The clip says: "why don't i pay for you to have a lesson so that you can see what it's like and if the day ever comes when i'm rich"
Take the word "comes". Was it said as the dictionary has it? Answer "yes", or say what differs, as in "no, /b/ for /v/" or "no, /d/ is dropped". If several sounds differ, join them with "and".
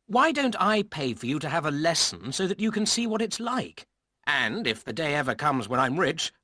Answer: yes